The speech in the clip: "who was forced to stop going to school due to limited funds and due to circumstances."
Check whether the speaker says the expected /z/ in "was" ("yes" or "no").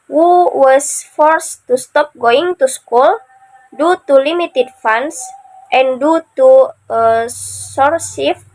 no